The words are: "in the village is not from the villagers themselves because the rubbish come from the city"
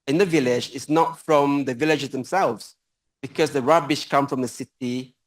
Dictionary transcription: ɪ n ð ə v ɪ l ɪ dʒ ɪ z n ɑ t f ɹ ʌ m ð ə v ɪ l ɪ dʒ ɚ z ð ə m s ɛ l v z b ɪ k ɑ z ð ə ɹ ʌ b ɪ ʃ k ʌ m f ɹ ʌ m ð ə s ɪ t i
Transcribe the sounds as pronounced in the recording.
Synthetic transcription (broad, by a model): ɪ n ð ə v ɪ l ɪ dʒ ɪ s n ɑ t f ɹ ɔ m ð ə v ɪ l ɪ dʒ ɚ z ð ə m s ɛ l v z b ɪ k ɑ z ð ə ɹ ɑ b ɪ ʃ k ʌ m f ɹ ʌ m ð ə s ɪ t i